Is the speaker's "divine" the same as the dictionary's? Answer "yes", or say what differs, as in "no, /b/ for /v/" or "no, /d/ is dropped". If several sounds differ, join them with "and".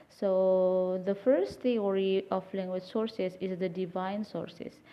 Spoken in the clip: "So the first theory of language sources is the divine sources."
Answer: yes